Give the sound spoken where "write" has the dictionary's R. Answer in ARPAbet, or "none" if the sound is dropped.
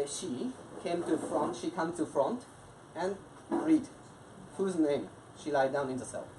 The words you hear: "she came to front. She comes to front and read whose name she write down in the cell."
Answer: L